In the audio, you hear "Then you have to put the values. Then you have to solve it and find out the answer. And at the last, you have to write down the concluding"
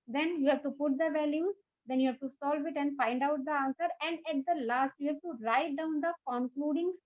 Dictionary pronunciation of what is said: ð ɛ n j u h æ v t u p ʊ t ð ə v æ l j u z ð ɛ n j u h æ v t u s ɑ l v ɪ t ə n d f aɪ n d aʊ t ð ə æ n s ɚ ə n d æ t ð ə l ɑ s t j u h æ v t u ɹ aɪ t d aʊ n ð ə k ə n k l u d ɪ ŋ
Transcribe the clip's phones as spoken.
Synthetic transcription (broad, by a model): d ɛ n j u h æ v t u p ʊ t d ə v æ l j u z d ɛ n j u h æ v t u s ɑ l v ɪ t ə n d f aɪ n d aʊ t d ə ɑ n s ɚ ə n d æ t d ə l ɑ s t j u h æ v t u ɹ aɪ t d aʊ n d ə k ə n k l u d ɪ ŋ